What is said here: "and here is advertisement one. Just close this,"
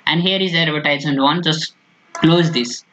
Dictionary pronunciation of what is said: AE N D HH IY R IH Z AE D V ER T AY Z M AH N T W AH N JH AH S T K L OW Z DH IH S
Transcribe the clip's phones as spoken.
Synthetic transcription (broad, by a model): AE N D HH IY R IH Z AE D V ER T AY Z AH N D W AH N JH AH S T K L OW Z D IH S